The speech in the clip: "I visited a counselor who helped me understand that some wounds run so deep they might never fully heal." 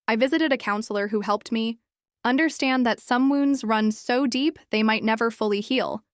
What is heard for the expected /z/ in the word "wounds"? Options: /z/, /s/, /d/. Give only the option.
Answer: /z/